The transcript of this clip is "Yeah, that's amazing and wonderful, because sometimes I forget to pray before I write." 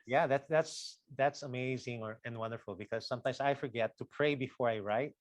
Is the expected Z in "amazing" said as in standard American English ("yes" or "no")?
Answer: yes